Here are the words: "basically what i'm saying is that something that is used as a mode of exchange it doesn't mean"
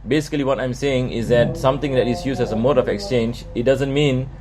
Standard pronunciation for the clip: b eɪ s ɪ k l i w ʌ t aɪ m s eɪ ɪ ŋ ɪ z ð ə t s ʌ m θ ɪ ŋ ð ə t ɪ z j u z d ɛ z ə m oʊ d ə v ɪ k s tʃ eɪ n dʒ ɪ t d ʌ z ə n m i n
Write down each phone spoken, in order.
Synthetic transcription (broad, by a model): b eɪ s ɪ k l i w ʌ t aɪ m s eɪ ɪ ŋ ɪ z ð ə t s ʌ m t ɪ ŋ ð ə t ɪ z j u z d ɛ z ə m oʊ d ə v ɪ k s tʃ eɪ n dʒ ɪ t d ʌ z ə n m i n